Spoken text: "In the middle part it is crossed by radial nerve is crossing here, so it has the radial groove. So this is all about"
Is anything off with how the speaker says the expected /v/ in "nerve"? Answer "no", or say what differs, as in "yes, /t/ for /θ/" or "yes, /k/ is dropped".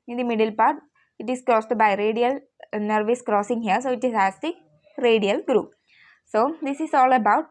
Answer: no